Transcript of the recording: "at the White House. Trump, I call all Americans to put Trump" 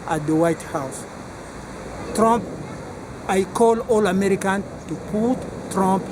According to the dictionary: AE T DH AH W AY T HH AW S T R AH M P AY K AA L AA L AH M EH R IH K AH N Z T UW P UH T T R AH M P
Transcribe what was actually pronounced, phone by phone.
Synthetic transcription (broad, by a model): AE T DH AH W AY T HH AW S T R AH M P AY K AA L AA L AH M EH R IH K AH N T UW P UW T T R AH M P